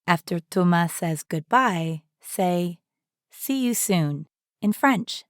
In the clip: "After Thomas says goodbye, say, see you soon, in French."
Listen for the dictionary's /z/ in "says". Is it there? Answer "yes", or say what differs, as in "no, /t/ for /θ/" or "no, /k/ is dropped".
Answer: yes